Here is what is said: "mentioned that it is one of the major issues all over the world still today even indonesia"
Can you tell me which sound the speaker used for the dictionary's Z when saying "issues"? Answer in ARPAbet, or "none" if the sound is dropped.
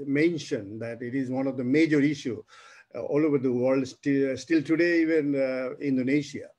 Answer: none